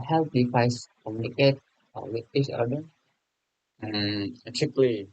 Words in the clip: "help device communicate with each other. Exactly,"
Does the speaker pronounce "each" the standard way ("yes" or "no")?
no